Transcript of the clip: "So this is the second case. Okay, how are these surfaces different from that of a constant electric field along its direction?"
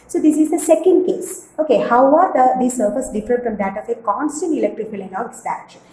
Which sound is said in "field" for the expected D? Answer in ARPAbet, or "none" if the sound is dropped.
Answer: none